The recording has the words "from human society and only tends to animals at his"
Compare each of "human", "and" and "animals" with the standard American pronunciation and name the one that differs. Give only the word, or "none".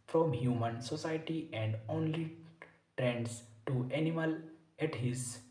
animals